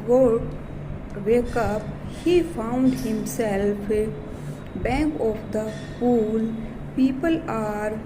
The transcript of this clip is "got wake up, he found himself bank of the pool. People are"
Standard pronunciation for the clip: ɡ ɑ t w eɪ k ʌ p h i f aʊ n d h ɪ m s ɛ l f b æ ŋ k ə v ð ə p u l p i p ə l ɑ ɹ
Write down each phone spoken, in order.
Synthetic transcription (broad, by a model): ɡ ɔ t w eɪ k ʌ p h i f aʊ n d h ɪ m s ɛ l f b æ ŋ k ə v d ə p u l p i p ə l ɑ ɹ